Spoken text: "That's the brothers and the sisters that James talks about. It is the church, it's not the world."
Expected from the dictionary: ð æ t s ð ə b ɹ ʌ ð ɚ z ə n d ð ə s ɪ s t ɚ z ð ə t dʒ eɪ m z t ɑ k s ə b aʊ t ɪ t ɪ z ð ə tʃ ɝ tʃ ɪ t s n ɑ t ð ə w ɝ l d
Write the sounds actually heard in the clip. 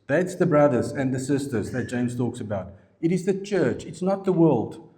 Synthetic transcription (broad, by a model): ð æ t s ð ə b ɹ ʌ ð ɚ z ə n ð ə s ɪ s t ɚ z ð ə t dʒ eɪ m z t ɑ k s ə b aʊ t ɪ t ɪ z ð ə tʃ ɝ tʃ ɪ t s n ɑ t ð ə w ɝ l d